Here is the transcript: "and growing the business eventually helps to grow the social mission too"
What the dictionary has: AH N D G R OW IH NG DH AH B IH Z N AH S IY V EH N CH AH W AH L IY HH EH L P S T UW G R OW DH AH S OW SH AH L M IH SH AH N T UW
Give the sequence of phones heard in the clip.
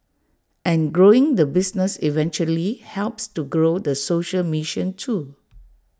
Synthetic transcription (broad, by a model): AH N G R OW IH NG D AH B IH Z N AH S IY V EH N CH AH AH L IY HH EH L P S T UW G R OW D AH S OW SH AH L M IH SH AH N T UW